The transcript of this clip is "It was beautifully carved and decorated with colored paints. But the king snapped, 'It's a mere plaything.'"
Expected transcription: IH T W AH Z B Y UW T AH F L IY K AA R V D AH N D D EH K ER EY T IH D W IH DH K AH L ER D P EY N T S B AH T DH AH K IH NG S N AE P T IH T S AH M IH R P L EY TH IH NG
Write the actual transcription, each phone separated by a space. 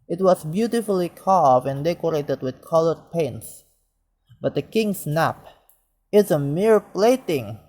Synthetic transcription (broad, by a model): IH T W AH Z B Y UW T AH F L IY K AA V AH N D D EH K ER EY T IH D W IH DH K AH L ER D P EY N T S B AH T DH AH K IH NG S N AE P IH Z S AH M IH R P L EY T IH NG